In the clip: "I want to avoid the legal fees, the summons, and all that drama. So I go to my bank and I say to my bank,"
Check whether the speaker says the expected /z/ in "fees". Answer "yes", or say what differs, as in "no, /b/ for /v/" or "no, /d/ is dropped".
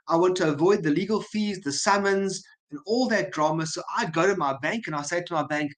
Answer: yes